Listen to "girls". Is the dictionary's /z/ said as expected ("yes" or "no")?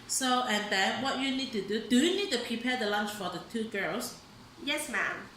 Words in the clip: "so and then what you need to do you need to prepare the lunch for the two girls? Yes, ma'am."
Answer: no